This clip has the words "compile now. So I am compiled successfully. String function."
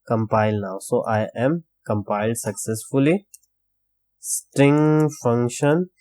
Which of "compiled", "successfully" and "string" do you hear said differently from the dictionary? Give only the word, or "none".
none